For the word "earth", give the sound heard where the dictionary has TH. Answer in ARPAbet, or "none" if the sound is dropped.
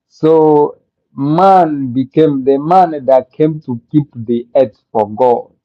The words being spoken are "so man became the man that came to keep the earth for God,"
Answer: S